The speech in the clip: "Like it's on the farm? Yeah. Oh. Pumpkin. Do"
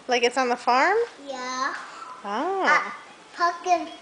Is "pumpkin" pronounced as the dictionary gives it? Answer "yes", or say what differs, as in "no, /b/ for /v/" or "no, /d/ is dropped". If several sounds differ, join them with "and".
no, /m/ is dropped